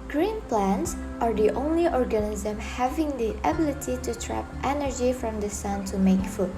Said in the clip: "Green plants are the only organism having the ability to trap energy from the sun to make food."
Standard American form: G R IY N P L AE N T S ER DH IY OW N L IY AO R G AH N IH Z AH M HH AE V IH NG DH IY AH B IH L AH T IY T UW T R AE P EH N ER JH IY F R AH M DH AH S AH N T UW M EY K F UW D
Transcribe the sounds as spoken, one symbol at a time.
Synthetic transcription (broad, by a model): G R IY N P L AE N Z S ER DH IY OW N L IY AO R G AH N IH Z AH M HH AE V IH NG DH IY AH B IH L AH T IY T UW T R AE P EH N ER JH IY F R AH M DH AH S AH N T UW M EY K F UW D